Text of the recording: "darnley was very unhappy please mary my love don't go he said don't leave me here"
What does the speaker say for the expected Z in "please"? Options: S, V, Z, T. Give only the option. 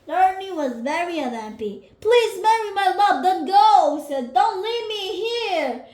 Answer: Z